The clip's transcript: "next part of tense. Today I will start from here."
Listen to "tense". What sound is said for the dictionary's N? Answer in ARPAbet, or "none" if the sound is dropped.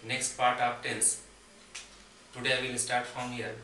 L